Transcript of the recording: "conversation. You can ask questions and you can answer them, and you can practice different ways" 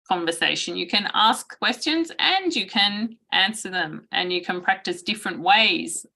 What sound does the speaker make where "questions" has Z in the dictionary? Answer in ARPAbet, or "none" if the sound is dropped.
Z